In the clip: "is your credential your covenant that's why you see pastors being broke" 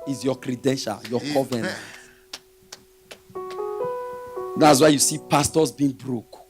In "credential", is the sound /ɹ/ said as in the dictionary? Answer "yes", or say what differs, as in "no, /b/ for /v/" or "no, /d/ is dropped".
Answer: yes